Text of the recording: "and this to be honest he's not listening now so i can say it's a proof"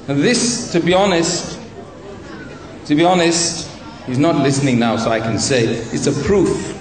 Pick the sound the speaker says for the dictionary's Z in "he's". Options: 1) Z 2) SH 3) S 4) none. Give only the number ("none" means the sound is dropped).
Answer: 1